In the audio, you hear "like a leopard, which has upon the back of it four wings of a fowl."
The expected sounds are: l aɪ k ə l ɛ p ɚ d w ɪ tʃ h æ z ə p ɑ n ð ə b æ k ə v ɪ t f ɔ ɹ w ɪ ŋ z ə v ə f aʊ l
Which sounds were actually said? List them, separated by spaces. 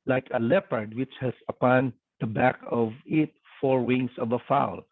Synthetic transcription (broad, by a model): l aɪ k ə l ɛ p ɚ d w ɪ tʃ h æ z ə p ɑ n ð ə b æ k ə v ɪ t f ɔ ɹ w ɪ ŋ s ə v ə f aʊ l